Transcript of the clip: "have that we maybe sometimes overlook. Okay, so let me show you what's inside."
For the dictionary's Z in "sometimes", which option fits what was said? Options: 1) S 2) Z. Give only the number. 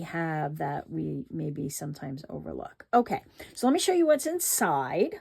2